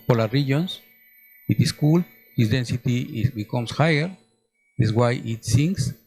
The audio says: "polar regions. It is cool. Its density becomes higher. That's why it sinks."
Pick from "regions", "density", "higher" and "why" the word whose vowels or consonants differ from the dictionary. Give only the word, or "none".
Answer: regions